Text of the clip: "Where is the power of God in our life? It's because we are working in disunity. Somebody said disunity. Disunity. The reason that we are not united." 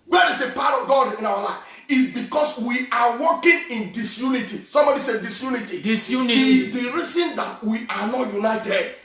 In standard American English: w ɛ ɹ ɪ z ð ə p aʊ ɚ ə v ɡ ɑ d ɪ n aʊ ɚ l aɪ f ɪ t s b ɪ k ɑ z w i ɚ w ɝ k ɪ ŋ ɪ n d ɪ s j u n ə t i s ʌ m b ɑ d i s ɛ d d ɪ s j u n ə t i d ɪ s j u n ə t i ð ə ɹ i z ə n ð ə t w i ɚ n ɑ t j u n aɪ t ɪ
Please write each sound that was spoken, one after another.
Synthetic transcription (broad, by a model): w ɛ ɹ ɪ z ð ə p aʊ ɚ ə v ɡ ɑ d ɪ n aʊ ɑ l aɪ f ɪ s b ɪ k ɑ s w i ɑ w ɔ k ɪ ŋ ɪ n d ɪ s j u n ə t i s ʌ m b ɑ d i s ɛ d d ɪ s j u n ə t i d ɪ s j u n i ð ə ɹ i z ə n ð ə t w i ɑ n ɑ t j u n aɪ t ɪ